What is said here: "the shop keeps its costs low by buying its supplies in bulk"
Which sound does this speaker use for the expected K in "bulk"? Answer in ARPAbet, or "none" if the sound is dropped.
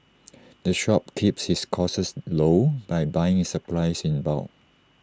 none